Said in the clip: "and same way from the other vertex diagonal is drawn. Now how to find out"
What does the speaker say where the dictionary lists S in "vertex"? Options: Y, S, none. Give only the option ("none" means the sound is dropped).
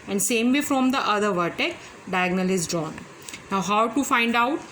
none